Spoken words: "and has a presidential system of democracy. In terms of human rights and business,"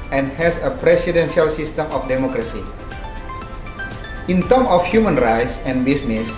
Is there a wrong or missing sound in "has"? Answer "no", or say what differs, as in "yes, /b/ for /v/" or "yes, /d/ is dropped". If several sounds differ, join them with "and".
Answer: yes, /s/ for /z/